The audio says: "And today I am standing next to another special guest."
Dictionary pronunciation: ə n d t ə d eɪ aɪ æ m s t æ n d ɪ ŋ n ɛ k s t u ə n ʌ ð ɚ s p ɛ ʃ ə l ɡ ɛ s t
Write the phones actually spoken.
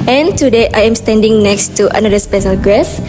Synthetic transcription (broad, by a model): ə n t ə d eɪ aɪ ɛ m s t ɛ n d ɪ ŋ n ɛ k s t u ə n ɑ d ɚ s p ɛ ʃ ə l ɡ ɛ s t